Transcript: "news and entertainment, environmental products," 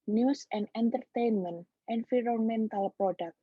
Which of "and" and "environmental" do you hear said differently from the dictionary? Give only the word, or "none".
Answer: environmental